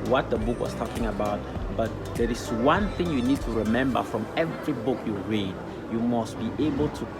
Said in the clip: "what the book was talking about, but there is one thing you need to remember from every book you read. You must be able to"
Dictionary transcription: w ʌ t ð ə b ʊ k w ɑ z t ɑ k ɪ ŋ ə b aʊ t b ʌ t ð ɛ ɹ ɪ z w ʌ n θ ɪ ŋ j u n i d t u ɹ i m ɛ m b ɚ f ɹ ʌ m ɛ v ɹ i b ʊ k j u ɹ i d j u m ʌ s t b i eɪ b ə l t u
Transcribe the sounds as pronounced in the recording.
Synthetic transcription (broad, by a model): w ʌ t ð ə b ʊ k w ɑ s t ɑ k ɪ ŋ ə b aʊ t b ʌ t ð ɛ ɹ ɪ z w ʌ n θ ɪ ŋ j u n i d t u ɹ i m ɛ m b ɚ f ɹ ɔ m ɛ v ɹ i b ʊ k j u ɹ i d j u m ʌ s t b i eɪ b ə l t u